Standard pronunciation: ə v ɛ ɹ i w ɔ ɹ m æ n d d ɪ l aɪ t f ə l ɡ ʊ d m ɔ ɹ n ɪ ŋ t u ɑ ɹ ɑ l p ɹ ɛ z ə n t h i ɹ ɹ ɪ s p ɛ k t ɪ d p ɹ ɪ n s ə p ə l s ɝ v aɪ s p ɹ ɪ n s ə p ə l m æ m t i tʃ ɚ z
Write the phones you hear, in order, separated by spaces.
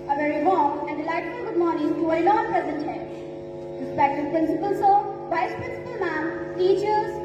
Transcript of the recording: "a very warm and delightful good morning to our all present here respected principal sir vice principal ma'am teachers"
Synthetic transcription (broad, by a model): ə v ɛ ɹ i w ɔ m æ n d d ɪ l aɪ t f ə ɡ ʊ d m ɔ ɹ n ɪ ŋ t u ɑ l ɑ n p ɹ ɛ z ə n t h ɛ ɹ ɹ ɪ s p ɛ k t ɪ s p ɹ ɪ n s ə p ə l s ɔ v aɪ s p ɹ ɪ n s ə p ə l m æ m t i tʃ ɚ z